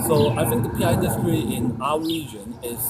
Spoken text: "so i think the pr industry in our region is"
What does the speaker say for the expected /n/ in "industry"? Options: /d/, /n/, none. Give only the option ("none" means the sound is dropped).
none